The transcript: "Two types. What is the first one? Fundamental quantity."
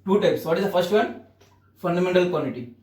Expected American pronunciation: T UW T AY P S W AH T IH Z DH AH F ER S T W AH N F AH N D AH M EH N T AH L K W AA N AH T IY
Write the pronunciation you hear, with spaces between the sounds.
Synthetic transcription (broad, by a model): T UW T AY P S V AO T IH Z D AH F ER S T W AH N F AH N D AH M EH N T AH L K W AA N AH T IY